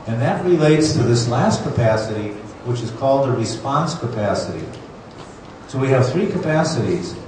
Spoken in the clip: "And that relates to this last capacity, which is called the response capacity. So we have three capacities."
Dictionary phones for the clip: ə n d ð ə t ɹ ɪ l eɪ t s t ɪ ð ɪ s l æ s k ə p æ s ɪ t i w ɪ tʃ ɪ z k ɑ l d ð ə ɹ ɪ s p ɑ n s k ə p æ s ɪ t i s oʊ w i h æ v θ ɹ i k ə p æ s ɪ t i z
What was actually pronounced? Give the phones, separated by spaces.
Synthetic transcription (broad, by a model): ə n ð ə t ɹ ɪ l eɪ t s t ɪ ð ɪ s l æ s k ə p æ s ɪ t i w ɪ tʃ ɪ z k ɑ l d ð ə ɹ ɪ s p ɑ n s k ə p æ s ɪ t i s oʊ w i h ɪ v θ ɹ i k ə p æ s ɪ t i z